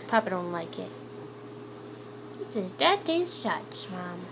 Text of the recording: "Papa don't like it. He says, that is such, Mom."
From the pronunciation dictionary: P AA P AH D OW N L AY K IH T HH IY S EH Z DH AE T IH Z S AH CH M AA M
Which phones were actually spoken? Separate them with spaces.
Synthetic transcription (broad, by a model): P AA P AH D OW N L AY K IH T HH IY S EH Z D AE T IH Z SH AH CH M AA M